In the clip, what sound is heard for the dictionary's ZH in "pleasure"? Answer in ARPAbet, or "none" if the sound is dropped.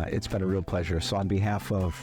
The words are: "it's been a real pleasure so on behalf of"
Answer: ZH